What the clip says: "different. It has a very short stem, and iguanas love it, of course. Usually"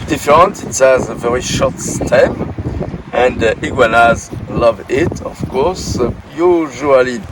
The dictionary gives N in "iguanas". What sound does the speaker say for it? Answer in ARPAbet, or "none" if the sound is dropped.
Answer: N